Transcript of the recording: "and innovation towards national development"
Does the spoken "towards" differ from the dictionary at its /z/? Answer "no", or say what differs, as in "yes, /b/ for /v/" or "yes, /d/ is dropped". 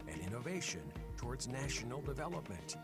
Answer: no